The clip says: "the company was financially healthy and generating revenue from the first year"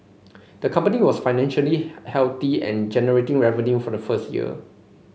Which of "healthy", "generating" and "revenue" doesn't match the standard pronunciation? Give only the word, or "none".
healthy